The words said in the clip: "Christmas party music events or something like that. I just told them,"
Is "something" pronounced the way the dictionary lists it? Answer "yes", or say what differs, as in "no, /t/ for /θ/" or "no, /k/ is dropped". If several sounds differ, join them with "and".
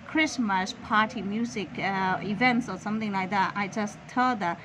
yes